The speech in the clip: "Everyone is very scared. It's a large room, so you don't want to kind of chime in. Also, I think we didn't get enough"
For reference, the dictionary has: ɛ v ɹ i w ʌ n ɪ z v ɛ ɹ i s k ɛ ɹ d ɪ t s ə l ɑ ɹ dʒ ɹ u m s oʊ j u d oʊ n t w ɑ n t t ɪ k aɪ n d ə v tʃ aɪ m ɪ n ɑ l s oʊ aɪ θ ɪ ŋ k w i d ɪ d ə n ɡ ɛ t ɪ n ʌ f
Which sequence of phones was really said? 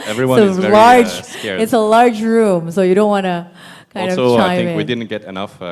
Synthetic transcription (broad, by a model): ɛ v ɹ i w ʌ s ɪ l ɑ ɹ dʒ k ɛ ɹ ɪ t s ə l ɑ ɹ dʒ ɹ u m s oʊ j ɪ d oʊ n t w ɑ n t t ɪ k aɪ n ə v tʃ aɪ ɪ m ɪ w i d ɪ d n ɡ ɛ t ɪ n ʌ f